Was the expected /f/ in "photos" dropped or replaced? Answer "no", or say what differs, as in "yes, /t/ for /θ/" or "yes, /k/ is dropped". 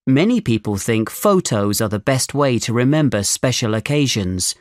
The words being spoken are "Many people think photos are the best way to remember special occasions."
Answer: no